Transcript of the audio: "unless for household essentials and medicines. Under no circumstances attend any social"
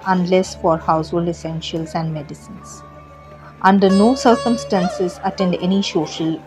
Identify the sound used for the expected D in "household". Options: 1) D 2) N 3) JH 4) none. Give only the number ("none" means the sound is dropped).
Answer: 1